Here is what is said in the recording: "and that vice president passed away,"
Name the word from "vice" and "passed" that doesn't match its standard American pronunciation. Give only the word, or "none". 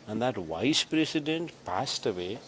none